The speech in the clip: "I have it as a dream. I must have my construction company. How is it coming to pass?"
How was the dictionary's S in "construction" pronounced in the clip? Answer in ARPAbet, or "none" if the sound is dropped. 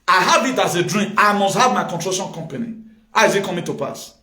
none